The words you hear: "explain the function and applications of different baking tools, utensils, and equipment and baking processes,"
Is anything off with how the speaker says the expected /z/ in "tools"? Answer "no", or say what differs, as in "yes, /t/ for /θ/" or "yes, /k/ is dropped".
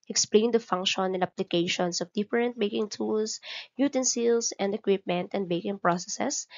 yes, /s/ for /z/